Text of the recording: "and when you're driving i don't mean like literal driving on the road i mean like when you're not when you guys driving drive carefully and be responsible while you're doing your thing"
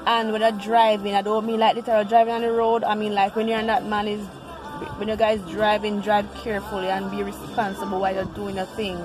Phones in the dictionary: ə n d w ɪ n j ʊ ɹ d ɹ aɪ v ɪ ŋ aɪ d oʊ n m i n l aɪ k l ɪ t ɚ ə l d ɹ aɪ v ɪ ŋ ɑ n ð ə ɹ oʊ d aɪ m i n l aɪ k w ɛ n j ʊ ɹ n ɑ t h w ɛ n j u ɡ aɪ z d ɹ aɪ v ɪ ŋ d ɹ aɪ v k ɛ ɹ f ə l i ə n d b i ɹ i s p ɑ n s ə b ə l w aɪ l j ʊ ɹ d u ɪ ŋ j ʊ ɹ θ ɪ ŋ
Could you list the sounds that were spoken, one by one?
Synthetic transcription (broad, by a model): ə n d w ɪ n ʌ d ɹ aɪ v ɪ ŋ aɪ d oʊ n m i n l aɪ k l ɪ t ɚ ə d ɹ aɪ v ɪ ŋ ɑ n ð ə ɹ oʊ d aɪ m i n l aɪ k w ɛ n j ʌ ɹ n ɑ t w w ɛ n j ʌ ɡ aɪ z d ɹ aɪ v ɪ ŋ d ɹ aɪ v k ɛ ɹ f ə l i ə n b i ɹ i s p ɑ n s ə b ə l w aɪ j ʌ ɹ d u ɪ ŋ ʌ θ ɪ ŋ